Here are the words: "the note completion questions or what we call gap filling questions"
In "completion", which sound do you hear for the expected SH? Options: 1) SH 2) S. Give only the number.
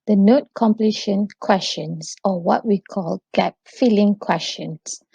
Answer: 1